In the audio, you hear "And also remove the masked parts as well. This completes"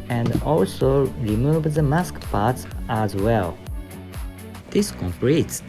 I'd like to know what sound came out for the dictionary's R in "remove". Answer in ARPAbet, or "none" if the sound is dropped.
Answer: R